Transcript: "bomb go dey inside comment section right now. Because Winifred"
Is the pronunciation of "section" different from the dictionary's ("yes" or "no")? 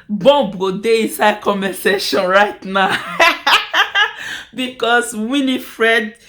yes